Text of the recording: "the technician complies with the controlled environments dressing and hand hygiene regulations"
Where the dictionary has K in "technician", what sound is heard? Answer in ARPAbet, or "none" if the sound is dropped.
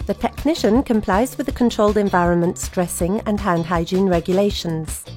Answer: K